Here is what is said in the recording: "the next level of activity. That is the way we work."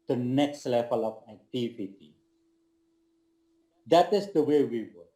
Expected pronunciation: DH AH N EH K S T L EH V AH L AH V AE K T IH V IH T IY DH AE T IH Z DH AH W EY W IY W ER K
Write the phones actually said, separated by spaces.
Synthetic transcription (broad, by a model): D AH N EH K S T L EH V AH L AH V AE T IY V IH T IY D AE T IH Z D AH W EY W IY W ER